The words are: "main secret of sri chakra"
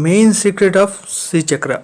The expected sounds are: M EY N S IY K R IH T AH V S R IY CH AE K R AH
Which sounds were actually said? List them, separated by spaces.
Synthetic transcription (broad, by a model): M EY N S IY K R IH T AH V S IY CH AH K R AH